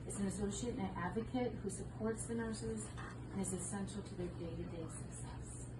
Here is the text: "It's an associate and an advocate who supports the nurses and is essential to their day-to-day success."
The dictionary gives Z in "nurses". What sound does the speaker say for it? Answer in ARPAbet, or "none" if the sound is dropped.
Z